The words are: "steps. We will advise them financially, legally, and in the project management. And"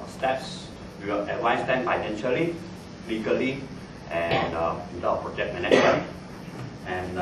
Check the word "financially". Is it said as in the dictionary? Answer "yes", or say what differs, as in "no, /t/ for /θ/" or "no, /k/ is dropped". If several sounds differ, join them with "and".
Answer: no, /p/ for /f/